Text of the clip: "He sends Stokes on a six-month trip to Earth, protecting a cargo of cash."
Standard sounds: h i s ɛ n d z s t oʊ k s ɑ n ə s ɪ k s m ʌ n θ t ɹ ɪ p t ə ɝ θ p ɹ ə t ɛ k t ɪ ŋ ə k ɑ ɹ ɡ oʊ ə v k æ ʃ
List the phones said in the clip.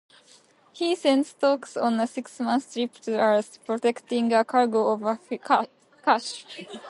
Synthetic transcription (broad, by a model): h i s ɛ n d s t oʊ k s ɑ n ə s ɪ k s m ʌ n s t ɹ ɪ p t ə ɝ s p ɹ ə t ɛ k t ɪ ŋ ə k ɑ ɹ ɡ oʊ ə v k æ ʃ